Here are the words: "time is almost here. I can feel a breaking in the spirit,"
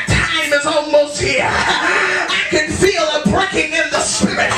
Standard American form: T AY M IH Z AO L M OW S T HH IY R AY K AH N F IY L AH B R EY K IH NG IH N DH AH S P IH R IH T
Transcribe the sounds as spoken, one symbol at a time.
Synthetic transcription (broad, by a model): T AY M IH Z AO N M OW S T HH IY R AY K AH N F IY L AH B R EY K IH NG IH N DH AH S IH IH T